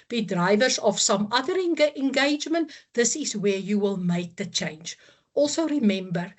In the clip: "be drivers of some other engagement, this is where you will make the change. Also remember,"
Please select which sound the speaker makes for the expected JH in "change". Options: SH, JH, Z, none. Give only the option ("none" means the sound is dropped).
JH